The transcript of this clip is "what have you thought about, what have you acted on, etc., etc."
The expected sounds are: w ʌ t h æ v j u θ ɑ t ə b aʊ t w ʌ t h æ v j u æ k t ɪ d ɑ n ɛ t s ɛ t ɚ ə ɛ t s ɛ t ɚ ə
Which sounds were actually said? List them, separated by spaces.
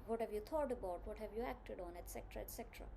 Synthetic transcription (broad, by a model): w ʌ t h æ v j u t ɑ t ə b aʊ t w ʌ t h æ v j u æ k t ɪ d ɑ n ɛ t s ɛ t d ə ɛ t s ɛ t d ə